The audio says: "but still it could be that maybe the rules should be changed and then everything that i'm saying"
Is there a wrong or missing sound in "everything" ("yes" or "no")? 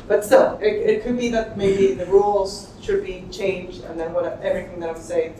no